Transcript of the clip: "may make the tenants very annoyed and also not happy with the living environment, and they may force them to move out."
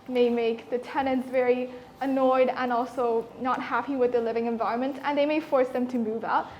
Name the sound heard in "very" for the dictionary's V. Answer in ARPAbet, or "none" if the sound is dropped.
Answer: V